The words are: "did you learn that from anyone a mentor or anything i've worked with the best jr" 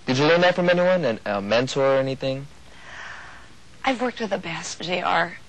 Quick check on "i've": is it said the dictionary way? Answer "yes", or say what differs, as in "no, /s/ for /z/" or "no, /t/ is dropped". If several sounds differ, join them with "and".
yes